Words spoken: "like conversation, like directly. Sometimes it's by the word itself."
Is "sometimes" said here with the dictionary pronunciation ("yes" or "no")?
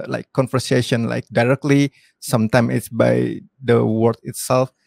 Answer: no